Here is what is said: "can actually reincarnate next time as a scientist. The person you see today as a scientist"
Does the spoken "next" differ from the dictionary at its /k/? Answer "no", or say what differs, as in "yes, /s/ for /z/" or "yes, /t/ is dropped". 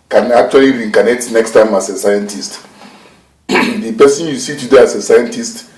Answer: no